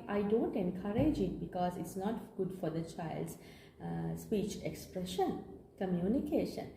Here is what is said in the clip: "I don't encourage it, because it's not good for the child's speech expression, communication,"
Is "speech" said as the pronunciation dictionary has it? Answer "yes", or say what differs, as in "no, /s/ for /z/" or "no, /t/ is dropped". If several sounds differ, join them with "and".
yes